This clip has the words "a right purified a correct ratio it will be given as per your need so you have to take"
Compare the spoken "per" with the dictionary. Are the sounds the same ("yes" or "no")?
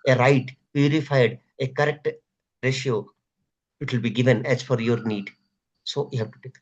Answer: no